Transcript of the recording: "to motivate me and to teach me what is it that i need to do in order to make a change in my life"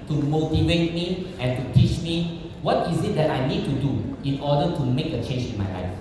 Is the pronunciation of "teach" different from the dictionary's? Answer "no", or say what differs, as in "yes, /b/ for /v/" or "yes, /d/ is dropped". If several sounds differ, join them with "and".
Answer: no